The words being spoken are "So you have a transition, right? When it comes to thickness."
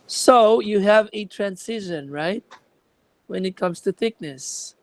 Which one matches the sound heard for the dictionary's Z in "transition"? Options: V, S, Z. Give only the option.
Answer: S